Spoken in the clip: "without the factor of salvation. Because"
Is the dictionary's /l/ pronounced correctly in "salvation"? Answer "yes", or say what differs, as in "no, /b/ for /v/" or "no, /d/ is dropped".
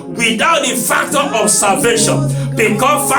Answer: no, /l/ is dropped